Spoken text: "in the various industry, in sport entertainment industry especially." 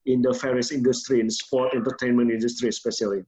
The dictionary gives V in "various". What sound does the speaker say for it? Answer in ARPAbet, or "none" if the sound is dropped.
F